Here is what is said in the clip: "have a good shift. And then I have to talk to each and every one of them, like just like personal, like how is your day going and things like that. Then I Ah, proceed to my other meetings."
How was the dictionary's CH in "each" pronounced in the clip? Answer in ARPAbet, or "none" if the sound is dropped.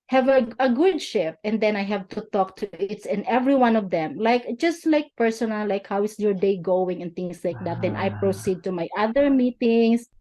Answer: S